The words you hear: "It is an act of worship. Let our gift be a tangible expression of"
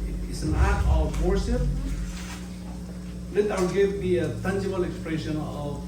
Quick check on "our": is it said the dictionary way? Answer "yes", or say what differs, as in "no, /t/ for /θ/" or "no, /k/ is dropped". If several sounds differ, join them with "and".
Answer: no, /l/ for /ɹ/